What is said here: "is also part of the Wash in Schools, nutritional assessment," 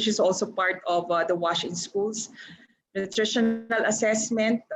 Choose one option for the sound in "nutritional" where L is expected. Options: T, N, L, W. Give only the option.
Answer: L